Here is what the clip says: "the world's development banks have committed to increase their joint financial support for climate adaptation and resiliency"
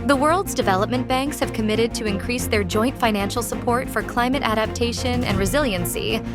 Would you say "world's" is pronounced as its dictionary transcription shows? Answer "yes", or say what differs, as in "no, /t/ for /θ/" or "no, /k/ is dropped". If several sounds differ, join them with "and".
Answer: yes